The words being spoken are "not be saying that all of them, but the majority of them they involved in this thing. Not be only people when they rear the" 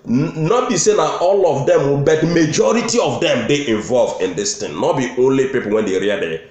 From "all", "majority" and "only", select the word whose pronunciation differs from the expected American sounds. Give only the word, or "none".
none